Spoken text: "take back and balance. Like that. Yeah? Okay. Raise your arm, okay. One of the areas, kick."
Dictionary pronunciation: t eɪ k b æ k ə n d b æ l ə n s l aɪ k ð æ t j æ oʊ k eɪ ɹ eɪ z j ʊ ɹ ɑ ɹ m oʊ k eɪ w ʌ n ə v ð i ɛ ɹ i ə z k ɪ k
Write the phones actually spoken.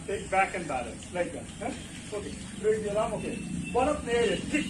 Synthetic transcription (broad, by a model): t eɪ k b æ k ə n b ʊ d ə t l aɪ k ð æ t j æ oʊ k eɪ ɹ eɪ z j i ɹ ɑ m oʊ k eɪ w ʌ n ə p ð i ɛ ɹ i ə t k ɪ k